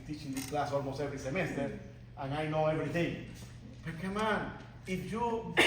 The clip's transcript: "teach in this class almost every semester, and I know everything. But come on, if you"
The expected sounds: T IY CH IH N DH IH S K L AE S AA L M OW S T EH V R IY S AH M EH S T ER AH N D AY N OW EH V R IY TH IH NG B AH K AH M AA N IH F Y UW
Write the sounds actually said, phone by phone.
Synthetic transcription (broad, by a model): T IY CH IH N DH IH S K L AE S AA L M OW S EH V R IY S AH M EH S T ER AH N AY N OW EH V R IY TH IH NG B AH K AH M AA N IH F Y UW